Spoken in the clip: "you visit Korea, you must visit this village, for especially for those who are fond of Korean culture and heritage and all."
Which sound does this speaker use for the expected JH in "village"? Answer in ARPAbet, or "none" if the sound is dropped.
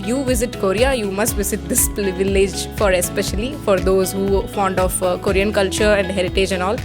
JH